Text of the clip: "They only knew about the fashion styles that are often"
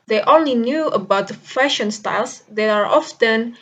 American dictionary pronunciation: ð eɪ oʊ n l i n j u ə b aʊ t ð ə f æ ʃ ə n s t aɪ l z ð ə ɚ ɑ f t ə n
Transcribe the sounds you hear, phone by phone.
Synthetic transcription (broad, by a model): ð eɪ oʊ n l i n j u ə b aʊ t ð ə f æ ʃ ə n s t aɪ l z ð ə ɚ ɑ f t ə n